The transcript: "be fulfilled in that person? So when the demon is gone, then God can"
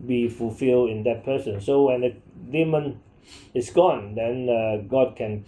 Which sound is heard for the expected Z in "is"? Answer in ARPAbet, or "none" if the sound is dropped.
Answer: S